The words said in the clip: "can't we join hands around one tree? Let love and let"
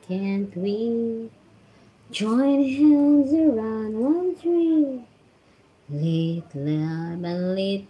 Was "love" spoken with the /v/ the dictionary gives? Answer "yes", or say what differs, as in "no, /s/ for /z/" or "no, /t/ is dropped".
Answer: no, /b/ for /v/